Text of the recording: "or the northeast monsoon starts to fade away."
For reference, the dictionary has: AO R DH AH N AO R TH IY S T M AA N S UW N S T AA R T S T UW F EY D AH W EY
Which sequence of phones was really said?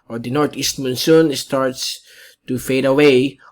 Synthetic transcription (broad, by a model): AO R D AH N AO R T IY S T M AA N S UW N S T AA R T S T UW F EY D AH W EY